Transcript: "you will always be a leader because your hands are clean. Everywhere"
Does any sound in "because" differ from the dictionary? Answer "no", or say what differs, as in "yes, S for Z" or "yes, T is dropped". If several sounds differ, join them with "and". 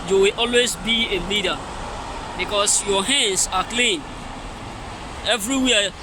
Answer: yes, S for Z